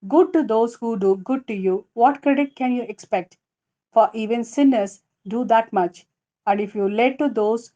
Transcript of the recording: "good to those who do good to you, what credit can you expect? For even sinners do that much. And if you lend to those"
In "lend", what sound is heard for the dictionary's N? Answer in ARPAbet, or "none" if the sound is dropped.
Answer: none